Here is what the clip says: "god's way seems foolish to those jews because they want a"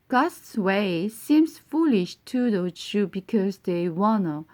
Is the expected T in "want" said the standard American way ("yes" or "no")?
no